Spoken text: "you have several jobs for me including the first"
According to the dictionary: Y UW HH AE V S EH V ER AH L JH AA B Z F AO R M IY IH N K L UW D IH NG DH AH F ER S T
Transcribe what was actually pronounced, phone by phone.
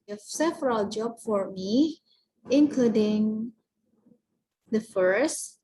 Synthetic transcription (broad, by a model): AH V S EH V ER AH L JH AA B F AO R M IY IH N K L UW D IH NG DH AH F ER S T